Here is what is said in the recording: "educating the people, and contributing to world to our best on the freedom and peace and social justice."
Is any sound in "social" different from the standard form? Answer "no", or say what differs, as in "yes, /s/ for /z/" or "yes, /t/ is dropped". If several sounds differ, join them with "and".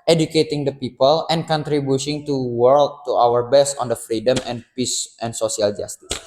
yes, /s/ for /ʃ/